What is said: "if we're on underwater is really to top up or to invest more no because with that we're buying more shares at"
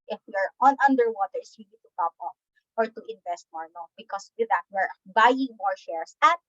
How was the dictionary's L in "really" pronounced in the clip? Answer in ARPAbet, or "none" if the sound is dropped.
N